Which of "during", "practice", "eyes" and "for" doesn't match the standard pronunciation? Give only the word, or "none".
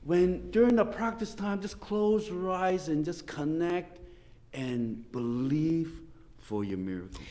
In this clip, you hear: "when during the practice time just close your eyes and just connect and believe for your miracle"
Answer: none